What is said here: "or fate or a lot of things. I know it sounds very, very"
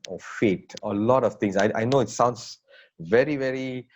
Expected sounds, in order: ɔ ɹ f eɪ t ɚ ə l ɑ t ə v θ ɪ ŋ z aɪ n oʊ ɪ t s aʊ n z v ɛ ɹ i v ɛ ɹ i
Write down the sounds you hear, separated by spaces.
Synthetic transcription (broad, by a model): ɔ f f eɪ t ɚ ə l ɑ t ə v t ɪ ŋ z aɪ n oʊ ɪ t s aʊ n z v ɛ ɹ i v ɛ ɹ i